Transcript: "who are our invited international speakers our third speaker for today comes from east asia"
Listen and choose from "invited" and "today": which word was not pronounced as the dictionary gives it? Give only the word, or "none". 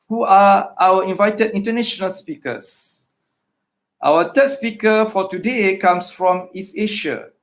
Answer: none